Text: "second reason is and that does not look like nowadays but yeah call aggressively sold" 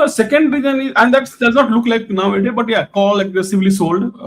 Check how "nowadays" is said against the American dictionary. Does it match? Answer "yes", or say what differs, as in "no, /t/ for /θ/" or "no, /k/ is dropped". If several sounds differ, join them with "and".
no, /z/ is dropped